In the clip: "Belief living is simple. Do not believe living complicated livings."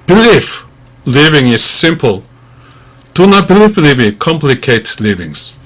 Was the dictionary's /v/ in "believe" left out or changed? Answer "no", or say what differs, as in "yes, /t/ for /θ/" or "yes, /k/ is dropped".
yes, /f/ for /v/